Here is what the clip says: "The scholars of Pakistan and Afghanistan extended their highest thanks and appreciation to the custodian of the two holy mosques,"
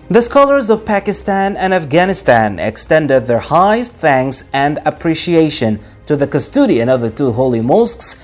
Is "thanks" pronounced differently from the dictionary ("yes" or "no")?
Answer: no